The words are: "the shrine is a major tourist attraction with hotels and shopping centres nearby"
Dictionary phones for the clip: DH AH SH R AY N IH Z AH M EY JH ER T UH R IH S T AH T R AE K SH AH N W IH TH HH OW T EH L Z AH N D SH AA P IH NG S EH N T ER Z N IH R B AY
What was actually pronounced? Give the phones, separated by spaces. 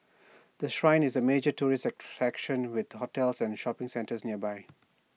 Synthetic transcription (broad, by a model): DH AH SH R AY N IH Z AH M EY JH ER T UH R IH S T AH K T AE K SH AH N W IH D HH OW T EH L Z AH N D SH AA P IH NG S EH N T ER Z N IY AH B AY